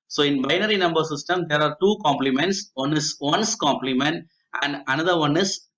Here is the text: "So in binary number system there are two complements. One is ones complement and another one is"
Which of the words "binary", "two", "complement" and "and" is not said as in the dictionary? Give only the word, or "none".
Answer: none